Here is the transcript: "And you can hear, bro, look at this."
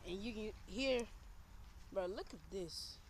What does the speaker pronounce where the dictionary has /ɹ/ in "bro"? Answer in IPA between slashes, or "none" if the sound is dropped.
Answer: none